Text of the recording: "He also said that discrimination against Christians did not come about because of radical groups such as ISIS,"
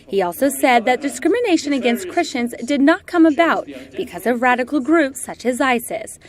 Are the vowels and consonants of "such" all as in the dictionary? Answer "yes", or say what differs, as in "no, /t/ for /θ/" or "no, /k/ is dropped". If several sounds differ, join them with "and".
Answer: yes